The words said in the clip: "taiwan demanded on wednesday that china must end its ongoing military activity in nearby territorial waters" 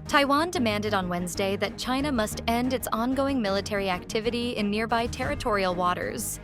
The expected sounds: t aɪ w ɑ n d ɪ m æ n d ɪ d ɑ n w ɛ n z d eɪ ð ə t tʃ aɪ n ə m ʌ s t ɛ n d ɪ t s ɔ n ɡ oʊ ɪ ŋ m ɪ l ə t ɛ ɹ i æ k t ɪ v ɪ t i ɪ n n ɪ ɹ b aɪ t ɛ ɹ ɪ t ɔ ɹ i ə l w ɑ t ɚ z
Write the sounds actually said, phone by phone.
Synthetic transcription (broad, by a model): t aɪ w ɑ n d ɪ m æ n d ɪ d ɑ n w ɛ n z d eɪ ð ə t tʃ aɪ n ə m ʌ s t ɛ n d ɪ t s ɔ n ɡ oʊ ɪ ŋ m ɪ l ə t ɛ ɹ i æ k t ɪ v ɪ t i ɪ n n ɪ ɹ b aɪ t ɛ ɹ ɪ t ɔ ɹ i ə l w ɑ t ɚ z